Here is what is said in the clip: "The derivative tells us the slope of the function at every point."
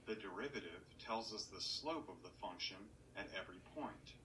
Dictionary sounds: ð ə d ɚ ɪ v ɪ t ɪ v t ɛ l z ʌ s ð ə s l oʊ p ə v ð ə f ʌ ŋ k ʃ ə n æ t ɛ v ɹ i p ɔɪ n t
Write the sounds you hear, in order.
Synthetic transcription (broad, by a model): ð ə d ɚ ɪ v ɪ t ɪ v t ɛ l z ʌ s ð ə s l oʊ p ə v ð ə f ʌ ŋ k ʃ ə n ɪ t ɛ v ɹ i p ɔɪ n t